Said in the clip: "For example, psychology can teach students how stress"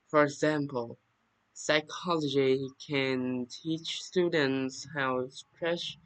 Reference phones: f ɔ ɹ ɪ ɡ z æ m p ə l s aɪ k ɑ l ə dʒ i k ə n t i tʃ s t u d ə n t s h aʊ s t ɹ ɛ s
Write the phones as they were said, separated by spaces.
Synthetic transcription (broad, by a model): f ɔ ɹ ɪ ɡ z æ m p ə l s aɪ k ɑ l ə dʒ i k ə n t i tʃ s t u d ə n t s h aʊ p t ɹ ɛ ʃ